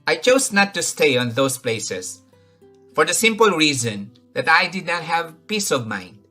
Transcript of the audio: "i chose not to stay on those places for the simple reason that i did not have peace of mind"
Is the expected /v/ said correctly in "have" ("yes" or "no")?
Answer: yes